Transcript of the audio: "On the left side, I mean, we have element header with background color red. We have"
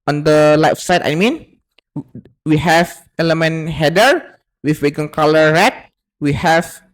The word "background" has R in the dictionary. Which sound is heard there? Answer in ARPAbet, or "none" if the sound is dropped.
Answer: none